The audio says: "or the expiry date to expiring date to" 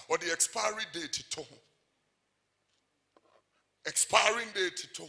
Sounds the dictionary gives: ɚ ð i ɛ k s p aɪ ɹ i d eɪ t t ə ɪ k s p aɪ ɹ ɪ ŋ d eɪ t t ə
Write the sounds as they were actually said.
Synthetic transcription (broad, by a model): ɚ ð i ɛ k s p aɪ ɹ i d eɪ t t ə ɪ k s p aɪ ɹ ɪ ŋ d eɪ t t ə